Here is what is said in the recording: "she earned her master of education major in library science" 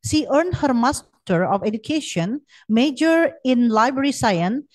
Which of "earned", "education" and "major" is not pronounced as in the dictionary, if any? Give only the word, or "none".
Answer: none